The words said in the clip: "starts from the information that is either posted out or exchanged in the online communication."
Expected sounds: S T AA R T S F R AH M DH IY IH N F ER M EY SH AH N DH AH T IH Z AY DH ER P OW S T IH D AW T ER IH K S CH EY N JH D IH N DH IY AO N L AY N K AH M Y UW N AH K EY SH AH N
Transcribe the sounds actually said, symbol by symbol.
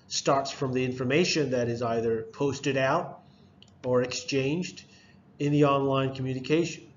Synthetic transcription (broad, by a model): S T AA R T S F R AH M DH IY IH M F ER M EY SH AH N DH AH T IH Z AY DH ER P OW S T IH D AW T ER IH K S CH EY N JH D IH N DH IY AO N L AY N K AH M Y UW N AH K EY SH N